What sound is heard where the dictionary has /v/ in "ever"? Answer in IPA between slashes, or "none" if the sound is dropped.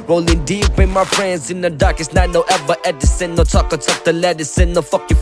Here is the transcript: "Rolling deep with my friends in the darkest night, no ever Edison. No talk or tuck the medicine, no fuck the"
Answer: /b/